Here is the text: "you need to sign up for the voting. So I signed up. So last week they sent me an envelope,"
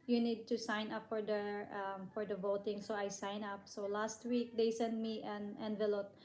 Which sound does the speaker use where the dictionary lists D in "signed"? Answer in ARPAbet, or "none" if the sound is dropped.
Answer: none